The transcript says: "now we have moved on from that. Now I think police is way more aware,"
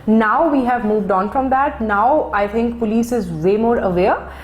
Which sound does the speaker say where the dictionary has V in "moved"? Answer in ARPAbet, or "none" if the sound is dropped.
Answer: V